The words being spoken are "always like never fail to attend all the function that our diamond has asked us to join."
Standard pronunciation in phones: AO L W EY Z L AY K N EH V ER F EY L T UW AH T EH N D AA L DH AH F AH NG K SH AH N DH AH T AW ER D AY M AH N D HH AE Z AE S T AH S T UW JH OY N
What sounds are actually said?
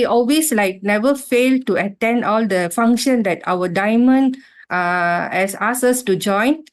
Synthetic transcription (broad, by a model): AO L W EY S L AY K N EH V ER F EY L T UW AH T EH N D AA L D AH F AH NG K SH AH N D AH T AW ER D AY M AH N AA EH S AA S AH S T UW JH OY N